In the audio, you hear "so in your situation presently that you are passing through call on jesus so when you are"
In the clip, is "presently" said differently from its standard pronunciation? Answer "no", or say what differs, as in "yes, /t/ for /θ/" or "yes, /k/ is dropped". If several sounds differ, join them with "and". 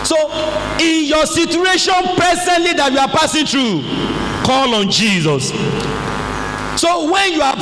yes, /ɹ/ is dropped